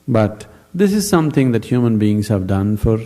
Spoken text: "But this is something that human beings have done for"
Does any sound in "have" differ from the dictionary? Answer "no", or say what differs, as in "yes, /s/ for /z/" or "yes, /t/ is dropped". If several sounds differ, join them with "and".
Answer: no